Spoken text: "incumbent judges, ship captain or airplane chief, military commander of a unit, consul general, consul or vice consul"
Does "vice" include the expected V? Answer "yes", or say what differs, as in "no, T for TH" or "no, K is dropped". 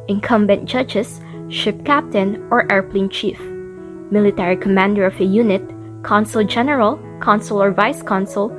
yes